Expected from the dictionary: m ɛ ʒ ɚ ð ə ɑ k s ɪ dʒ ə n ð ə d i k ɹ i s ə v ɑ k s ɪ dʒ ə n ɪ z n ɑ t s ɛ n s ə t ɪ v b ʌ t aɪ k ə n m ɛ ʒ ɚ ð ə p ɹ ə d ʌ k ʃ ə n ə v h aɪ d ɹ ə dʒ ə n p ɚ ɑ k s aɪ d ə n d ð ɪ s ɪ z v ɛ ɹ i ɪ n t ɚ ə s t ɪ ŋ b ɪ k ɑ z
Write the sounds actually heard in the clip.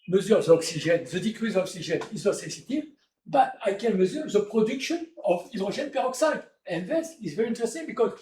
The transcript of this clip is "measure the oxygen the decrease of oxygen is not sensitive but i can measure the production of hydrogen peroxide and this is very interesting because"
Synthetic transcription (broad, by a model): m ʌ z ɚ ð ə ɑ k s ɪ ʒ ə n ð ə d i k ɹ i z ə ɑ k s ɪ ʒ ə n ɪ z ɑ s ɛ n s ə t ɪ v b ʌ t aɪ k ə n m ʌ z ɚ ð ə p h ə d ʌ k ʃ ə n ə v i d ɹ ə ʒ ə n p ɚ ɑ k s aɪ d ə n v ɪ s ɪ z v ɛ ɹ i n t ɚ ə s t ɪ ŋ b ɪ k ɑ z